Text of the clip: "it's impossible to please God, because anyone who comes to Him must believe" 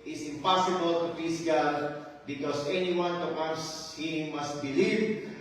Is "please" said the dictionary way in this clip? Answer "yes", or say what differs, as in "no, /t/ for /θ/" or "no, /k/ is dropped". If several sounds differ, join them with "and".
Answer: no, /l/ is dropped